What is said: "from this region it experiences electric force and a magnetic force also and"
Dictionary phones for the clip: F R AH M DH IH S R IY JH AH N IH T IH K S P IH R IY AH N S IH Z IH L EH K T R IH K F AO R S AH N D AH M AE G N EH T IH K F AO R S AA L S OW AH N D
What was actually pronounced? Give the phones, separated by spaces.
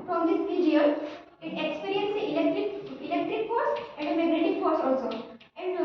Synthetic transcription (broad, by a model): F R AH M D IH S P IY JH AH L IH T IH K S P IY R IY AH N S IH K IH L EH K T R IH K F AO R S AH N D AH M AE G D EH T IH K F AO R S AA L S OW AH N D